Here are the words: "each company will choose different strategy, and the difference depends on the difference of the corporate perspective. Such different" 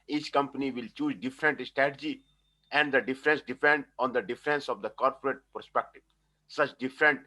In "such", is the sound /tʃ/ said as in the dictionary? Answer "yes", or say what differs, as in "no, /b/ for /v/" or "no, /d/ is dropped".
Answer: yes